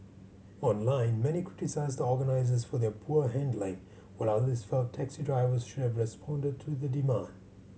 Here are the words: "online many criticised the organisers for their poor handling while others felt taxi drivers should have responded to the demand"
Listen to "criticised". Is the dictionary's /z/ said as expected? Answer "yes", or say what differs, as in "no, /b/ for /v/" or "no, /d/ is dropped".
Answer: yes